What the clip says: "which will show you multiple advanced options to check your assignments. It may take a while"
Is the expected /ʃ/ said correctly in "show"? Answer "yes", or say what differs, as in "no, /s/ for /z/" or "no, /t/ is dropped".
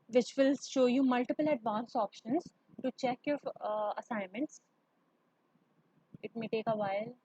yes